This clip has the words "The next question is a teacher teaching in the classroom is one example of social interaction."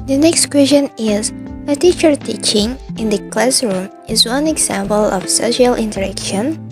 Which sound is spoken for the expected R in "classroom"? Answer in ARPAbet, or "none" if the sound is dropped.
R